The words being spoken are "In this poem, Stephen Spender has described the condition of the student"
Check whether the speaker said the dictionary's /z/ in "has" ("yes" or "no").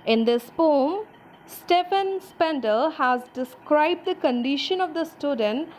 yes